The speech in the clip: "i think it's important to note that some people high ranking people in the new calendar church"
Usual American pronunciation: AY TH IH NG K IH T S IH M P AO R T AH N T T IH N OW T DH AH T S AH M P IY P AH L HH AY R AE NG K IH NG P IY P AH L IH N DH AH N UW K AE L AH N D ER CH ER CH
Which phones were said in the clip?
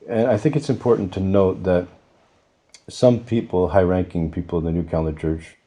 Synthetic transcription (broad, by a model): AY TH IH NG K IH T S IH M P AO R T N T T IH N OW T DH AH T S AH M P IY P L HH AY R AE NG K IH NG P IY P L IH DH AH N UW K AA AH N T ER CH ER CH